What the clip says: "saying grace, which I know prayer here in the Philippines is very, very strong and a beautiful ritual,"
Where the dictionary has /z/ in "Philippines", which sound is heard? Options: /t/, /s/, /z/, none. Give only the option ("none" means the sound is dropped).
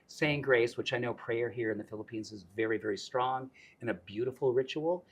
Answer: /z/